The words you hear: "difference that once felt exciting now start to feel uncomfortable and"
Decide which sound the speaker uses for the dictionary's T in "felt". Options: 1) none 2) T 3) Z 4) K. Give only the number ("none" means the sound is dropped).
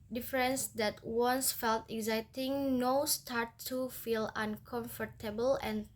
2